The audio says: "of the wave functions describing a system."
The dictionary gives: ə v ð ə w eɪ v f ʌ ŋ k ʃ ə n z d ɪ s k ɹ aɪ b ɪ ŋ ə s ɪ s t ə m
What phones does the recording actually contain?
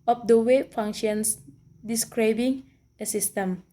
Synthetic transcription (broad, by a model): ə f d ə w eɪ f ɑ ŋ ʃ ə n s d ɪ s k ɹ aɪ b ɪ ŋ ə s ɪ s t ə m